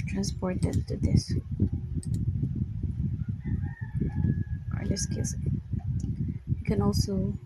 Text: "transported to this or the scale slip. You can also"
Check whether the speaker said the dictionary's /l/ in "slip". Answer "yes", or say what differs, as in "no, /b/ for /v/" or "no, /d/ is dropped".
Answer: no, /w/ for /l/